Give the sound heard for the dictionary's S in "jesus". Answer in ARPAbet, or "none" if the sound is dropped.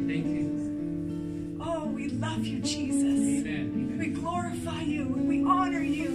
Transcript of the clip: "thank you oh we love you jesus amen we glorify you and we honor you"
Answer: none